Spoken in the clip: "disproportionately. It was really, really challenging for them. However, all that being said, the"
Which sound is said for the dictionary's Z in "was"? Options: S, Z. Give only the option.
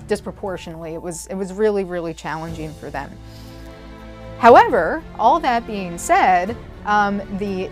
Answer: Z